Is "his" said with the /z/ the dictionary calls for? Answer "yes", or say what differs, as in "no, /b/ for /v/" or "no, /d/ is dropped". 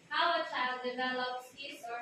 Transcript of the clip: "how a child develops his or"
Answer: no, /s/ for /z/